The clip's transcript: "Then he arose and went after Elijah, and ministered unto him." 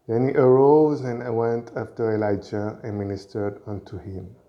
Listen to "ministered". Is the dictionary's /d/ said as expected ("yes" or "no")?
yes